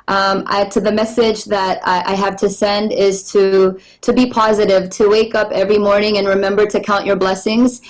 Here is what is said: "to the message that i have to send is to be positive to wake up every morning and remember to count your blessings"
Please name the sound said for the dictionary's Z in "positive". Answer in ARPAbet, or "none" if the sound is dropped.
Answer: Z